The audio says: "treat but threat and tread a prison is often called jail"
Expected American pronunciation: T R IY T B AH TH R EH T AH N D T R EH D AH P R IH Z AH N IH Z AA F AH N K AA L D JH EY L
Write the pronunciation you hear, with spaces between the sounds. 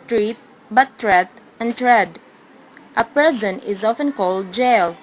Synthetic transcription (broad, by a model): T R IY T B AH T R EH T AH N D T R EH D AH P IH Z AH N IH Z AA F AH N K AA L D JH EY L